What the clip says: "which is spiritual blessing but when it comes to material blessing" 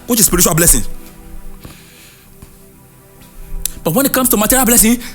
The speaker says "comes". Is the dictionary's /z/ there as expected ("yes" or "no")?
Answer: no